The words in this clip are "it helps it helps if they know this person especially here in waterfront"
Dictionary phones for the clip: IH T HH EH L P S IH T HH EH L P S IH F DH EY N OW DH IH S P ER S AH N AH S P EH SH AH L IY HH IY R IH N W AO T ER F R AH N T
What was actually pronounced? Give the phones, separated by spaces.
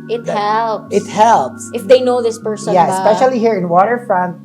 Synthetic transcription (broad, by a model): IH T HH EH L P IH T HH EH L P S IH F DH EY N OW DH IH S P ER S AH AH S P EH SH AH L IY HH IY R IH N W AO T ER F R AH N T